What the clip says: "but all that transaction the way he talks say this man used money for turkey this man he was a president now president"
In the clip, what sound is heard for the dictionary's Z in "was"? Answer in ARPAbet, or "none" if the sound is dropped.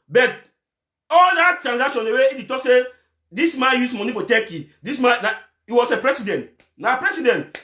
S